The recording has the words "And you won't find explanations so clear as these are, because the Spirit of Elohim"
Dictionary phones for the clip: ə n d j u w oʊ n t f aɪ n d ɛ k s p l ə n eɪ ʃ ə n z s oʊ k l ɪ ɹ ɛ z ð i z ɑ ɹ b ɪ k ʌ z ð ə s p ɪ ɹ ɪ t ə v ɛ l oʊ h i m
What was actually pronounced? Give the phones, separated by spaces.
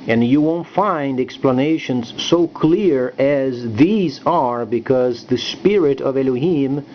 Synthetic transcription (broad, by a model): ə n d j u w oʊ n t f aɪ n d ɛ k s p l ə n eɪ ʃ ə n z s oʊ k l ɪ ɹ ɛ z ð i z ɑ ɹ b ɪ k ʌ z ð ə s p ɪ ɹ ɪ t ə v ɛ l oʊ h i m